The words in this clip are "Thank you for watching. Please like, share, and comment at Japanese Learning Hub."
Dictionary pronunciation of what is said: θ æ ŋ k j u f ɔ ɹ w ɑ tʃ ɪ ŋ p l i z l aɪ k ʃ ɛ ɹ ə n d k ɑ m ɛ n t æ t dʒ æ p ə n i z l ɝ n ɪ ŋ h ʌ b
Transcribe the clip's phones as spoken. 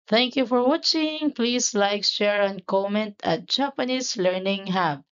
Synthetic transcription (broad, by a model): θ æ ŋ k j u f ɔ ɹ w ɑ tʃ ɪ ŋ p l i s l aɪ k ʃ ɛ ɹ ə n k ɑ m ɛ n t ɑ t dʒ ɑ p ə n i s l ɝ n ɪ ŋ h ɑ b